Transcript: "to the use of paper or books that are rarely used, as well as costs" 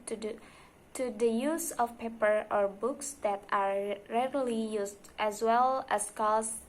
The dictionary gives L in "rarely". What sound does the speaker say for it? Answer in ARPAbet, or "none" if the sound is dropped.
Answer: L